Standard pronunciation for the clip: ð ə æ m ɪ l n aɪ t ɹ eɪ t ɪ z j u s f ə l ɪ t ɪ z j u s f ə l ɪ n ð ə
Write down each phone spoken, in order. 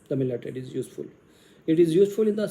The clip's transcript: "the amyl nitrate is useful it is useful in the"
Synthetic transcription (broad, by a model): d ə m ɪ l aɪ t eɪ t ɪ z j u s f ə l ɪ t ɪ z j u s f ə l ɪ n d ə